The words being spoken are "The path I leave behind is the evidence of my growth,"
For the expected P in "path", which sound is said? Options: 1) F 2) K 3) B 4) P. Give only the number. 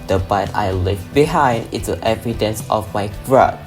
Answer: 3